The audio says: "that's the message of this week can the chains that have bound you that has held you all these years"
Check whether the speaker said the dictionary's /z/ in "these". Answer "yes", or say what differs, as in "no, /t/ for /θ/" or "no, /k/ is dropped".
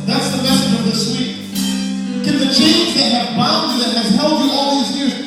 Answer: yes